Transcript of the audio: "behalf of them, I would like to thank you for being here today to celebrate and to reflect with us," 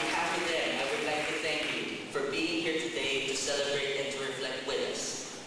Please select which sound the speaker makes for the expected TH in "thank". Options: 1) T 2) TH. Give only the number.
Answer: 2